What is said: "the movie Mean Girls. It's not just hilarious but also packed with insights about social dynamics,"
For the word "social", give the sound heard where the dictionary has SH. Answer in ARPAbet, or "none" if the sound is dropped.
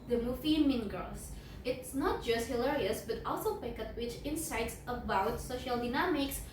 SH